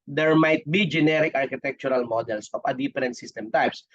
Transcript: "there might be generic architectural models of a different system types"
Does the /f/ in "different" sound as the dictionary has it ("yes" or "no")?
no